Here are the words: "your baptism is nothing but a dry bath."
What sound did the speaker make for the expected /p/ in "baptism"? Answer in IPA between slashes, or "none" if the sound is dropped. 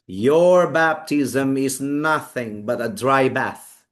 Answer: /p/